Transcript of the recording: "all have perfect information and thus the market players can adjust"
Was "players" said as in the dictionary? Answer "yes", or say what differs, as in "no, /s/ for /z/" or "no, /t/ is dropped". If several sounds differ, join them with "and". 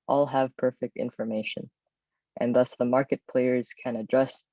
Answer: yes